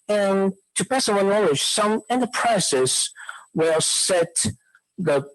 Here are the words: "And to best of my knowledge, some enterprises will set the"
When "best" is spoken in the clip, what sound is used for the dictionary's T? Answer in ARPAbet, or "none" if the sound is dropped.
none